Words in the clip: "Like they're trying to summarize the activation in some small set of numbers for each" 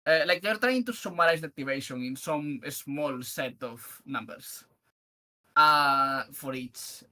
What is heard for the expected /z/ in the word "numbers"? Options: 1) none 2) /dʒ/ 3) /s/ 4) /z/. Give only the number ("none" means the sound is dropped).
3